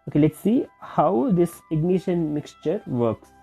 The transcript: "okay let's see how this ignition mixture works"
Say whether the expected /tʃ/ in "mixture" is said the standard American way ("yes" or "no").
yes